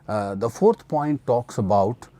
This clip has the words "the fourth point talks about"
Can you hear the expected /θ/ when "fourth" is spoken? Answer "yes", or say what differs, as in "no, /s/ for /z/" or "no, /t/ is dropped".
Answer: no, /t/ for /θ/